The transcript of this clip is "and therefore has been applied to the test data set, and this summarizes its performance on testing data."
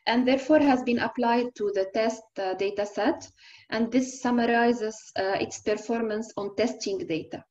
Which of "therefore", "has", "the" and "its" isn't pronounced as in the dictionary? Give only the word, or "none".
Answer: none